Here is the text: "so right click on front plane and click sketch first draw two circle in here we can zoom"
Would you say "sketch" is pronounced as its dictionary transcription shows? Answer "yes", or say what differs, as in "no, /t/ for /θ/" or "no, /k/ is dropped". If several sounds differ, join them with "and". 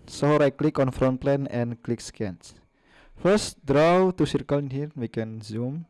no, /s/ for /tʃ/